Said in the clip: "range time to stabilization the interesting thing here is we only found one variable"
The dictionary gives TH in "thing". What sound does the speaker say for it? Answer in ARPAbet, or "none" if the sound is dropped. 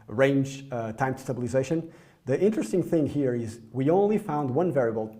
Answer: TH